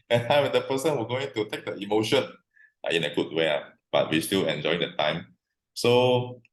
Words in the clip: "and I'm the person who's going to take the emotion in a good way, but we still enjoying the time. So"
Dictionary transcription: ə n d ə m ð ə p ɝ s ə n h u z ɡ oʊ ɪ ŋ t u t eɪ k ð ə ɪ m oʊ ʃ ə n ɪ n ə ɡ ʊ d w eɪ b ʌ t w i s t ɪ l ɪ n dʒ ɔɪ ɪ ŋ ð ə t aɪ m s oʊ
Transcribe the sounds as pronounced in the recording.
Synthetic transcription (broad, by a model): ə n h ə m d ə p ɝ s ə n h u ɡ oʊ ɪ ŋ t u t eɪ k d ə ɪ m oʊ ʃ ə n ɪ n ə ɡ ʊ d w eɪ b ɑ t w i s t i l ɪ n dʒ ɔɪ ɪ ŋ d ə t aɪ m s oʊ